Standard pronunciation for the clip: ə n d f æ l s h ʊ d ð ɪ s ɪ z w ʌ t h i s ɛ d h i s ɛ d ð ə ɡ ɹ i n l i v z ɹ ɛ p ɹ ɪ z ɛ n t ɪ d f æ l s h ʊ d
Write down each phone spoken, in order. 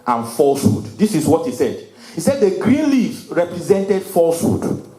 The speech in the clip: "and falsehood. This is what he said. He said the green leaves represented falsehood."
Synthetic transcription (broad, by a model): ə n f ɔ l s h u d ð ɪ s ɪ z w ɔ t h i s ɛ d h i s ɛ d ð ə ɡ ɹ i n l i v ɹ ɛ p ɹ ɪ z ɛ n t ɪ d f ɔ l s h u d